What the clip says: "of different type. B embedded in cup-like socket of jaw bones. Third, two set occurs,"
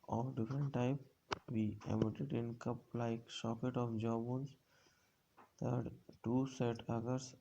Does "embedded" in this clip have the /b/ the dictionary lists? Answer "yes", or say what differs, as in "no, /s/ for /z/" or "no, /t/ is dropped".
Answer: no, /b/ is dropped